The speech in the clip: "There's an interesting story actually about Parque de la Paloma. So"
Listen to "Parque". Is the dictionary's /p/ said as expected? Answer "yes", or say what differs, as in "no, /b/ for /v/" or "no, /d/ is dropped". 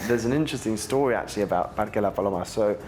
no, /b/ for /p/